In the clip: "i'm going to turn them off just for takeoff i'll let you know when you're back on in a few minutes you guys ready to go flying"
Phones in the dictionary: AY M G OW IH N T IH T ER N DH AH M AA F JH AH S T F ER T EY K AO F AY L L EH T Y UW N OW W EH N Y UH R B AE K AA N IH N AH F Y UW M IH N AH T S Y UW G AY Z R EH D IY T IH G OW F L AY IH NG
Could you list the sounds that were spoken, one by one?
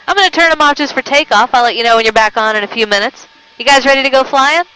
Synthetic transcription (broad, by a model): AY M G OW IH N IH T ER N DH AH M AA F JH AH S T F ER T EY K AO F AY L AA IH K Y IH N OW W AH N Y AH R B AE K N IH N AH F Y UW M IH N AH T S Y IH G AY Z R EH D IY T IH G OW F L AY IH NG